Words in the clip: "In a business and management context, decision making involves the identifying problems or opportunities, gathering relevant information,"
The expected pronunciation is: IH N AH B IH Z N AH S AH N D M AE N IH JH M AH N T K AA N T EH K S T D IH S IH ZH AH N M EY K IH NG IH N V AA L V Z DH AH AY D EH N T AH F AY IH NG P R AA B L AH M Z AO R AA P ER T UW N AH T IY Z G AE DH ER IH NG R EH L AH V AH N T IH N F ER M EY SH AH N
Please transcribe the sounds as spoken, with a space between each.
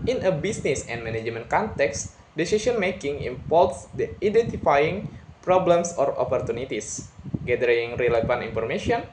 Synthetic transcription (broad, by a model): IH N AH B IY S N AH S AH N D M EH N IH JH M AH N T K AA N T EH K S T D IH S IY S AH N M EY K IH NG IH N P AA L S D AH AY D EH N T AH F AY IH NG P R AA B L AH M S AO R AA P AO T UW N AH T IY S G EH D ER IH NG R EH L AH F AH N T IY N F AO M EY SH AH N